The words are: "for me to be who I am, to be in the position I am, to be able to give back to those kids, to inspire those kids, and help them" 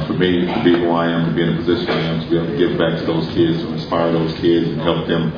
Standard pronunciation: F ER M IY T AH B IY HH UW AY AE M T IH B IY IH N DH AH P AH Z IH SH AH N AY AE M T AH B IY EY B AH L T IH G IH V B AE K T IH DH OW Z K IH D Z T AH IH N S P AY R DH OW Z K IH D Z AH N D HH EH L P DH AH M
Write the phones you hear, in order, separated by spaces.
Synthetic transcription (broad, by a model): F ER M IY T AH B IY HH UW AY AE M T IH B IY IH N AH P AH Z IH SH AH N AY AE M T AH B IY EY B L T IH G IH V B AE K T IH DH OW Z K IH D Z T AH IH N S P AY R DH OW Z K IH D Z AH N HH EH L P DH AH M